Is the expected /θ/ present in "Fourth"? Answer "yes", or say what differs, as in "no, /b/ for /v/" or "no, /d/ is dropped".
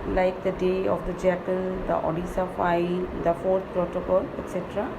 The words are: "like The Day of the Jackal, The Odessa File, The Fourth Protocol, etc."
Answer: no, /t/ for /θ/